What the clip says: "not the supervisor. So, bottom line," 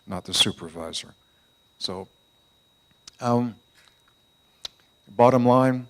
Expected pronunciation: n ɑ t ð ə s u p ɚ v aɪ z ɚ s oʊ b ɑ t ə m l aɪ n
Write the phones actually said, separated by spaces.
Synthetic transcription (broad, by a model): n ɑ t ð ə s u p ɚ v aɪ z ɚ s oʊ b ɑ t ə m l aɪ n